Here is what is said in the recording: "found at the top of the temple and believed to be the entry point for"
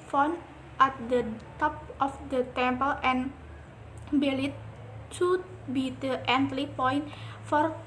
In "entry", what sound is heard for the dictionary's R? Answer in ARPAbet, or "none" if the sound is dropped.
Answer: L